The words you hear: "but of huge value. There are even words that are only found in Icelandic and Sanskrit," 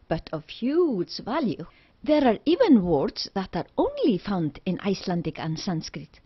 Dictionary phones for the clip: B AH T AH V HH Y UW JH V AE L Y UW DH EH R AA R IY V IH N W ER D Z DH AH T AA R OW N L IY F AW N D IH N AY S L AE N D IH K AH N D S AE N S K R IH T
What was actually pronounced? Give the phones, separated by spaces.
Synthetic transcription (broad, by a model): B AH T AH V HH Y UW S V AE L Y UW DH EH R AA R IY V IH N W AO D S DH AH T AA R OW N L IY F AW N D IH N AY S L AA N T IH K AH N S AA N S K R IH T